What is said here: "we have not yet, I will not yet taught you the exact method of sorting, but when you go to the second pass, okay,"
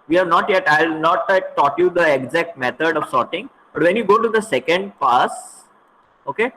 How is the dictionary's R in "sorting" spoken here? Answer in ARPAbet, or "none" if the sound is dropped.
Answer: R